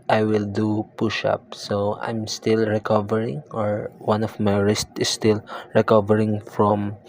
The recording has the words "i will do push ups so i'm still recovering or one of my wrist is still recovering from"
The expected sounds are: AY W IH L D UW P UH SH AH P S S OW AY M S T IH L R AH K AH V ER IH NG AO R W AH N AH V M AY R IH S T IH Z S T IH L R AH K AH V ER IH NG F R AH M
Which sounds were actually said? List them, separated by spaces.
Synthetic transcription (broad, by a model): AY W IH L D UW P UH SH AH P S S OW AY M S T IH L R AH K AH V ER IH NG AO R W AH N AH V M AY R IH S T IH S T IH L R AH K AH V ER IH NG F R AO M